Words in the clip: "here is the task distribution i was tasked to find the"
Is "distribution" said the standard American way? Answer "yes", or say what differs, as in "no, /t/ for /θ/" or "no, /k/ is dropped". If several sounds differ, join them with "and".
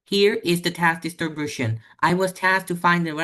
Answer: no, /ɹ/ is dropped